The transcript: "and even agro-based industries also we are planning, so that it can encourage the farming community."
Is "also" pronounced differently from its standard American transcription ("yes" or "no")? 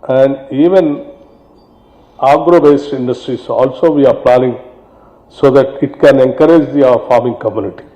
no